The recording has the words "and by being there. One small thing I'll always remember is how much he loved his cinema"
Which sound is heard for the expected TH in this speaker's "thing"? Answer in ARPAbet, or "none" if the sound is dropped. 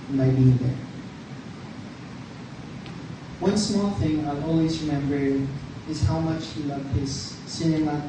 TH